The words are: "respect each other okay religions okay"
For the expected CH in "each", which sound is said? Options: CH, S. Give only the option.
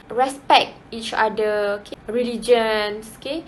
CH